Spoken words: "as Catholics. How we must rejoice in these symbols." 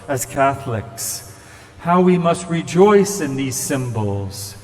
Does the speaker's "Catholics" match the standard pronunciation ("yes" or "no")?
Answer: yes